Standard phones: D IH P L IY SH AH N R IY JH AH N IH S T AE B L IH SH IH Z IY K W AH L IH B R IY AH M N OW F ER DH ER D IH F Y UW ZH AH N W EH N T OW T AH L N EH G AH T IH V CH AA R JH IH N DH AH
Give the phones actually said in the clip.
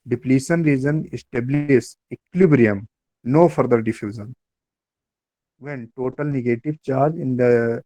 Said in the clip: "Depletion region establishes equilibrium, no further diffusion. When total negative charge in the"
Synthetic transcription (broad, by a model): D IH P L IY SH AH N R IY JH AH N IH S T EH B L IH S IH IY K L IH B R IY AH M N OW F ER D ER D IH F Y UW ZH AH N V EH N T OW T AH L N EH G AH T IH V CH AA R JH IH N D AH